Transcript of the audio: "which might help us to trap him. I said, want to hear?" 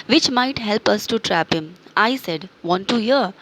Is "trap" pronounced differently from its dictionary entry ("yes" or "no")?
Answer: no